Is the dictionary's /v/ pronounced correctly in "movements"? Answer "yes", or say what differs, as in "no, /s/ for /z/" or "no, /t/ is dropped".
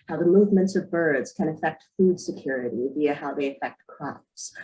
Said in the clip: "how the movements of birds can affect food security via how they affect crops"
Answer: yes